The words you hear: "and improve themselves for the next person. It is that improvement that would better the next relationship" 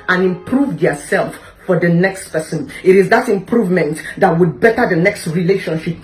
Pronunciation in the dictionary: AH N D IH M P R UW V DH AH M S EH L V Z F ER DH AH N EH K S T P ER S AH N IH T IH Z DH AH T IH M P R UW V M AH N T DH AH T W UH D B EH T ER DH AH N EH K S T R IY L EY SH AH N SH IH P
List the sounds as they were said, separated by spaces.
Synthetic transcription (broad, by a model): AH N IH M P R UW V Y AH S EH L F F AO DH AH N EH K S T P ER S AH N IH T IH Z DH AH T IH M P R UW V M AH N T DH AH T W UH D B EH T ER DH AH N EH K S T R IY L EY SH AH N SH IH P